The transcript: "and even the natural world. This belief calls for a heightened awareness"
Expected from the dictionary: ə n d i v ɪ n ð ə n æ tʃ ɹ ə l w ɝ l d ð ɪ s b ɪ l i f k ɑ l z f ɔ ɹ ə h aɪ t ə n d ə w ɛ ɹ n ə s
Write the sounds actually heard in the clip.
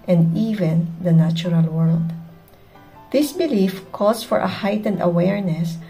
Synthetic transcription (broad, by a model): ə n d i v ɪ n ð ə n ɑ tʃ ɹ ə l w ɝ l d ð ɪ s b ɪ l i f k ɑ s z f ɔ ɹ ə h aɪ t ə n d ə w ɛ ɹ n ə s